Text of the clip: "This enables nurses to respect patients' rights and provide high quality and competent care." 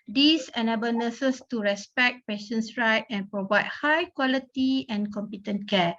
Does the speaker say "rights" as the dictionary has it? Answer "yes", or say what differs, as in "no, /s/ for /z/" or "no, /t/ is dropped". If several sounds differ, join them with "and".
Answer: no, /s/ is dropped